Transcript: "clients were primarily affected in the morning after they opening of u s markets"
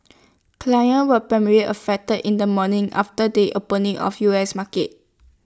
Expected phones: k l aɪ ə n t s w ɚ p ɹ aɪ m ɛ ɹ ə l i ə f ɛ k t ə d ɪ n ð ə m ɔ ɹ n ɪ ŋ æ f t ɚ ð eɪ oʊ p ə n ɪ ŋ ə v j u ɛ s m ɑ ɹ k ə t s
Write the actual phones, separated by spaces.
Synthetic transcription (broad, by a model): k l aɪ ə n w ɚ p ɹ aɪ m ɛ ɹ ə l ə f ɛ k t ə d ɪ n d ə m ɔ n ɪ ŋ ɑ f t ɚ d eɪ oʊ p ə n ɪ ŋ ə f j u ɛ s m ɑ k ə t